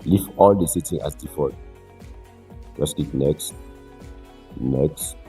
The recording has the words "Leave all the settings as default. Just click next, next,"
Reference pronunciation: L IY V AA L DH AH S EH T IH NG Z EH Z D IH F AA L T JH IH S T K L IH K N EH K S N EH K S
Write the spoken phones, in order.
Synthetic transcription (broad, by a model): L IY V AA L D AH S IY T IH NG AA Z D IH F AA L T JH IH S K IY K N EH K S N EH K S